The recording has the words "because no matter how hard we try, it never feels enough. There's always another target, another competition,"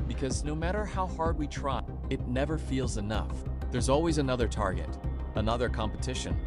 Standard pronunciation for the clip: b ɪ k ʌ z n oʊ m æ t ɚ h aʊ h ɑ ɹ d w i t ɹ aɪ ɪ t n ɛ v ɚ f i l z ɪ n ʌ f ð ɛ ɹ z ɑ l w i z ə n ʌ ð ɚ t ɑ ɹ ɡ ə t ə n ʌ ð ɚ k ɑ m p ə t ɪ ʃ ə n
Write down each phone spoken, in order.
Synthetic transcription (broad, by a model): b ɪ k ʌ z n oʊ m æ t ɚ h aʊ h ɑ ɹ d w i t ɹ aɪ ɪ t n ɛ v ɚ f i l z ɪ n ʌ f ð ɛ ɹ z ɑ l w i z ə n ʌ ð ɚ t ɑ ɹ ɡ ə t ə n ʌ ð ɚ k ɑ m p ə t ɪ ʃ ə n